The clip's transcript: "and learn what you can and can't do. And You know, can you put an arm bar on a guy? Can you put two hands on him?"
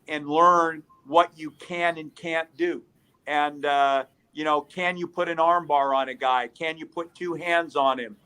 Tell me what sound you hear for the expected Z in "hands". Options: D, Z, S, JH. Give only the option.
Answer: Z